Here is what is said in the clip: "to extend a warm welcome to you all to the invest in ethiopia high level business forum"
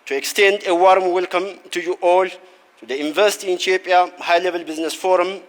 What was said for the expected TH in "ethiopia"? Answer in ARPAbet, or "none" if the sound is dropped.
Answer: T